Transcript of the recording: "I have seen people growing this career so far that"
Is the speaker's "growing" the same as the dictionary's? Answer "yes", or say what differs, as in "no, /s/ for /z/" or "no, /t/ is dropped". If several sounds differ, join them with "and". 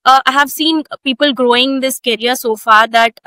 yes